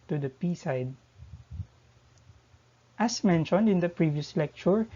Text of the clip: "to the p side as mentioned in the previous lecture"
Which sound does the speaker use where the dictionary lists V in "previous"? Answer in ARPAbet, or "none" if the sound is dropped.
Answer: V